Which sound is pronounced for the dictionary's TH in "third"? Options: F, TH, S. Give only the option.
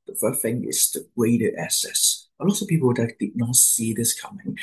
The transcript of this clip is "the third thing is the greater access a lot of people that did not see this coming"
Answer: F